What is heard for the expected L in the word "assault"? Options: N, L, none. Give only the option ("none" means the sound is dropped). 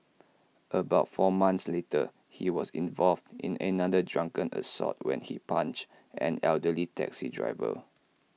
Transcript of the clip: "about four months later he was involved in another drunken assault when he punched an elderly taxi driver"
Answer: none